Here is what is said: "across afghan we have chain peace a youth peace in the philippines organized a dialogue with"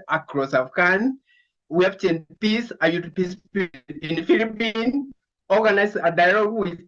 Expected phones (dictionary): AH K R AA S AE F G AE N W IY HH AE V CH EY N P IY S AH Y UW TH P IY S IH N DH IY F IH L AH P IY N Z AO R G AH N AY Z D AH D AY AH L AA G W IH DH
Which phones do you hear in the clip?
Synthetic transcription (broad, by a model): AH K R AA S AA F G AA N W IY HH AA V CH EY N P IY S AH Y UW T P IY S IH N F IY L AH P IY N AO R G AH N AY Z AH D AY L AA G W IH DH